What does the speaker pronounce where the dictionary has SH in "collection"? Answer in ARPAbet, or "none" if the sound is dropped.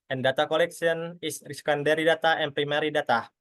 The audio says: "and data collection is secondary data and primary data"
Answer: S